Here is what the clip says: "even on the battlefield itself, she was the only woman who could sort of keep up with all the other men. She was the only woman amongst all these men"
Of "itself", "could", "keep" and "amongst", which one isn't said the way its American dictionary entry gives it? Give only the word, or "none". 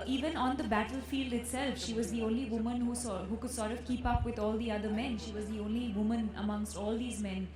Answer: none